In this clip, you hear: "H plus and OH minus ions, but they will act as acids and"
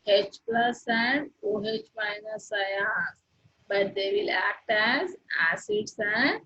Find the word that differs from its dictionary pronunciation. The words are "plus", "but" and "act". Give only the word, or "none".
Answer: none